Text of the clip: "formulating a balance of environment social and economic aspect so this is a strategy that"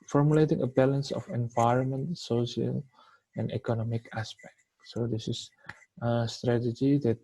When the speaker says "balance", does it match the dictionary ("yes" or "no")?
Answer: yes